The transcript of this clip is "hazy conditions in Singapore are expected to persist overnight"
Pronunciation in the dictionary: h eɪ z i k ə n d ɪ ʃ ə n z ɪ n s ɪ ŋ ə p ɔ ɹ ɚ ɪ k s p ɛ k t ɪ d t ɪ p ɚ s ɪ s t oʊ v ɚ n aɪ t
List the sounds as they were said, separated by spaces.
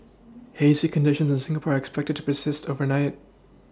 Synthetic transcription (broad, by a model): h eɪ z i k ə n d ɪ ʃ ə n z ɪ n s ɪ ŋ ə p ɔ ɹ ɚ ɪ k s p ɛ k t ɪ d t ɪ p ɚ s ɪ s t oʊ v ɚ n aɪ t